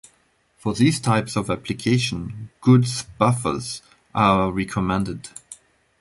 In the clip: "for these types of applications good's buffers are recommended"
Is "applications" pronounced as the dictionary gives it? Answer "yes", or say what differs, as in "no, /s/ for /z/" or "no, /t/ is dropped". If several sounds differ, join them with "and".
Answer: no, /z/ is dropped